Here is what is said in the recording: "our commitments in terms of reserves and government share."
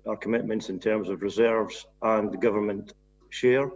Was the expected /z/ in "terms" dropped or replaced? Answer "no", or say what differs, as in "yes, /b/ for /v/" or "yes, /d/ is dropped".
no